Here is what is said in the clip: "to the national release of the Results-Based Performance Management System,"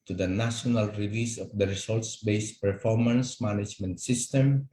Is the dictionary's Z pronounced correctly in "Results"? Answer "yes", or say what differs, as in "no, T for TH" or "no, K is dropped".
no, S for Z